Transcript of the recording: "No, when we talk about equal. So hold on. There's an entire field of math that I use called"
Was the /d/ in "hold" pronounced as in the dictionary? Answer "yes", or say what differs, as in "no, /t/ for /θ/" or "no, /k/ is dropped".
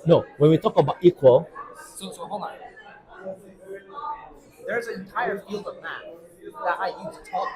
no, /d/ is dropped